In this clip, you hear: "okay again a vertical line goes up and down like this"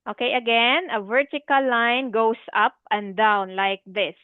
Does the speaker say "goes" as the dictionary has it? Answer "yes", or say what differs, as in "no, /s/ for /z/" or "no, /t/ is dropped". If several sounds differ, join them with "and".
no, /s/ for /z/